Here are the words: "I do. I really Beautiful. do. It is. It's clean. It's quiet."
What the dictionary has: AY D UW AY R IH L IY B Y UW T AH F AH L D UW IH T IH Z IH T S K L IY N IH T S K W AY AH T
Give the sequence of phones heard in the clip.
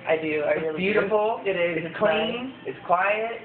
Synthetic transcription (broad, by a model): AY D UW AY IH IY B Y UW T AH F L IH T IH Z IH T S K L IY N IH T S K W AY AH T